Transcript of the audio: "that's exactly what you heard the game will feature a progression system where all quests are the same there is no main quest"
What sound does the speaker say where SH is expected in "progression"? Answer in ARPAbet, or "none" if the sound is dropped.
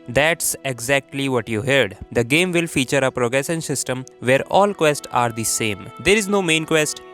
S